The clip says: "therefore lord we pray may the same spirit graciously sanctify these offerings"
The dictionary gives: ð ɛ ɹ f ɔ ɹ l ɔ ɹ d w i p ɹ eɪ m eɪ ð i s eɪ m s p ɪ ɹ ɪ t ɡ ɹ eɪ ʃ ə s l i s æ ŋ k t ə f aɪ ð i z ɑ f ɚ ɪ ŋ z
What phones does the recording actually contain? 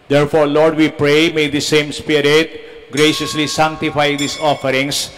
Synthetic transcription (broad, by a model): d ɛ ɹ f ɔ ɹ l ɔ ɹ d w i p ɹ eɪ m eɪ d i s eɪ m s p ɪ ɹ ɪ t ɡ ɹ eɪ ʃ ə s l i s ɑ ŋ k t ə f aɪ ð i s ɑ f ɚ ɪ ŋ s